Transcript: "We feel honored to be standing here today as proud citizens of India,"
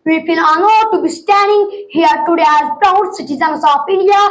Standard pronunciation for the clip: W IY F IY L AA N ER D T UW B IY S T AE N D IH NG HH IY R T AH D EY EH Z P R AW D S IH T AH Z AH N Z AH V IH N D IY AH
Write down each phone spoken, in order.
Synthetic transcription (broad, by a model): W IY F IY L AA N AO T UW B IY S T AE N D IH NG HH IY R T AH D EY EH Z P AW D S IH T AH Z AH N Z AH F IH N D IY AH